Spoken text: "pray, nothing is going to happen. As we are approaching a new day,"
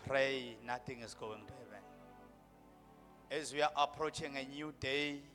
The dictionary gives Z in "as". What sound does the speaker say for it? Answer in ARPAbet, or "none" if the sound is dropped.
Z